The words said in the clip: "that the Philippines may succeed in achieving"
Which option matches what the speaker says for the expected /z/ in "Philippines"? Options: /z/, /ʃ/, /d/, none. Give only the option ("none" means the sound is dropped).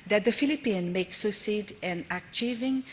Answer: none